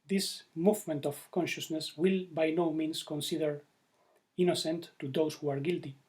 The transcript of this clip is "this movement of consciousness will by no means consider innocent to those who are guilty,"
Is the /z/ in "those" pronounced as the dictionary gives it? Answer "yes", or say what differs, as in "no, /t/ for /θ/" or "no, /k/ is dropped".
no, /s/ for /z/